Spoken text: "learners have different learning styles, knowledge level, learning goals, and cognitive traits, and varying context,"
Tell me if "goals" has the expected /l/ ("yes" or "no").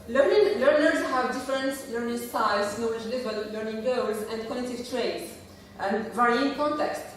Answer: no